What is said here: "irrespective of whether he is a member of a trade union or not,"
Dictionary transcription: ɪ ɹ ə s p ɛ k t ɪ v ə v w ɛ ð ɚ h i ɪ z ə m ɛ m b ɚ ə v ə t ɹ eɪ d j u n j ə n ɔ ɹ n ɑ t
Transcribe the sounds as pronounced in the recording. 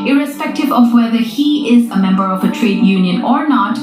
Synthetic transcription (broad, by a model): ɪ ɹ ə s p ɛ k t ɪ v ə v w ɛ ð ɚ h i ɪ z ə m ɛ m b ɚ ə v ə t ɹ eɪ d j u n j ə n ɔ ɹ n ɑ t